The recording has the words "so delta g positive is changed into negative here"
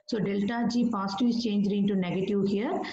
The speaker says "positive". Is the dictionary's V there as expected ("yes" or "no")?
no